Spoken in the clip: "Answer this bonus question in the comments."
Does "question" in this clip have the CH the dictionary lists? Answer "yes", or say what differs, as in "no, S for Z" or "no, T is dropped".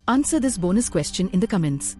yes